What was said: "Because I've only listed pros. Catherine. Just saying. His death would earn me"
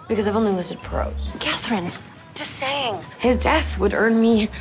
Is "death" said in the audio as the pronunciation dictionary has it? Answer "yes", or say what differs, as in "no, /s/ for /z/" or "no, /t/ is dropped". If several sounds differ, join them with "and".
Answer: yes